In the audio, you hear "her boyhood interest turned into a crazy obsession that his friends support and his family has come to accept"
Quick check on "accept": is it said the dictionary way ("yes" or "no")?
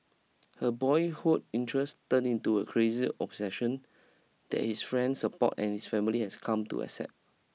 no